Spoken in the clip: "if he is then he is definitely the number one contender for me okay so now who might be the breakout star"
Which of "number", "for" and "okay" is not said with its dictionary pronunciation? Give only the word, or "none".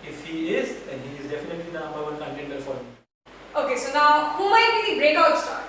number